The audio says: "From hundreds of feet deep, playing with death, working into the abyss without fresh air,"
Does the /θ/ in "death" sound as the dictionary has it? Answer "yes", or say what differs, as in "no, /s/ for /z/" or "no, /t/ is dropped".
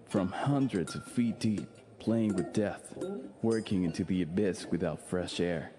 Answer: yes